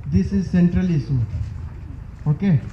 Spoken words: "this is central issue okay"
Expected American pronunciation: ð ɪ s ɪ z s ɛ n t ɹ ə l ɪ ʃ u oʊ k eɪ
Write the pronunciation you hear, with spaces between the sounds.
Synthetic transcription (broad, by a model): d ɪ s ɪ z s ɛ n t ɹ ə l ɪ s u oʊ k eɪ